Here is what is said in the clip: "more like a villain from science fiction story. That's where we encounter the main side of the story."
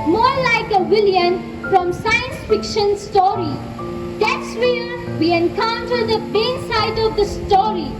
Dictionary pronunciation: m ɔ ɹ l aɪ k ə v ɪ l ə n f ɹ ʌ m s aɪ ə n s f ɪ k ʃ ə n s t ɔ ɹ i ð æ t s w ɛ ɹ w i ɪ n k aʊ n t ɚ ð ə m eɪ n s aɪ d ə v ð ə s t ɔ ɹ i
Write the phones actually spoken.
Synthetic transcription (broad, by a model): m ɔ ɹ l aɪ k ə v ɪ l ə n f ɹ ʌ m s aɪ ə n s f ɪ k ʃ ə n s t ɔ ɹ i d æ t s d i l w i ɪ n k aʊ n t ɚ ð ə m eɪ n s aɪ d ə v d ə s t ɔ ɹ i